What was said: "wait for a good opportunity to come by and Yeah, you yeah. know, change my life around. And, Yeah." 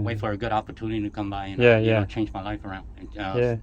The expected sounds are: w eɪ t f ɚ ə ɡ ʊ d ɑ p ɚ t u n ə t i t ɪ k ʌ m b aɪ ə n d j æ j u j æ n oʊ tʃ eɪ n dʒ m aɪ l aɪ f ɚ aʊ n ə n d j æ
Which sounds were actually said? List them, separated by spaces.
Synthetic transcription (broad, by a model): w eɪ t f ɚ ə ɡ ʊ d ɑ p ɚ t u n ə t i t ɪ k ʌ m b aɪ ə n j æ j j æ tʃ eɪ n dʒ m aɪ l aɪ f ɚ aʊ n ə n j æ